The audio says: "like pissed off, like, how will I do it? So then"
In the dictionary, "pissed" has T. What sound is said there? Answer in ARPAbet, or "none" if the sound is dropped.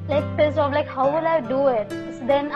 none